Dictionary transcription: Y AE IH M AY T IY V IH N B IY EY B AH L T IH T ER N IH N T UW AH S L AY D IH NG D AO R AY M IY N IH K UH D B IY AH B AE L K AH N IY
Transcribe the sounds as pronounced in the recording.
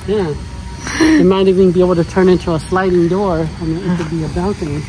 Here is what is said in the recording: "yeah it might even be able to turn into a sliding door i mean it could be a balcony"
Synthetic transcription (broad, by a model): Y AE IH M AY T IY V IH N B IY EY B L T IH T ER N IH N T UW AH S L AY D IH NG D AO R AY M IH IH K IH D B IY AH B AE L K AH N IY